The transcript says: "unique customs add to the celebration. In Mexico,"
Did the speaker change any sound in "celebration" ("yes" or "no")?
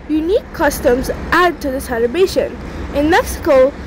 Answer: yes